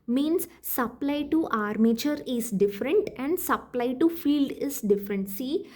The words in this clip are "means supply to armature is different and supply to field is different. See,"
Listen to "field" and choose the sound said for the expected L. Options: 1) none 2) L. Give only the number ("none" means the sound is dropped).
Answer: 2